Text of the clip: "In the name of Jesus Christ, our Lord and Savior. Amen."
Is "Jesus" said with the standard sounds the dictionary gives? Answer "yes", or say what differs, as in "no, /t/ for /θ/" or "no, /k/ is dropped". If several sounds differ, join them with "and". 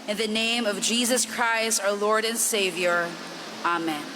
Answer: yes